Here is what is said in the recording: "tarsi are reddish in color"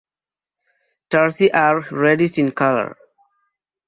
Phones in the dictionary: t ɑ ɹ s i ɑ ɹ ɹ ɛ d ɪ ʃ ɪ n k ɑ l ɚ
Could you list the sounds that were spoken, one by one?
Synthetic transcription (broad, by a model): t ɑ ɹ s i ɑ ɹ ɹ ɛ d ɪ s ɪ n k ɑ l ɚ